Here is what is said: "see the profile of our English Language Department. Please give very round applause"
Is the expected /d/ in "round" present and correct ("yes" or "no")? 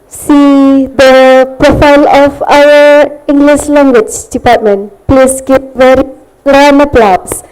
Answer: no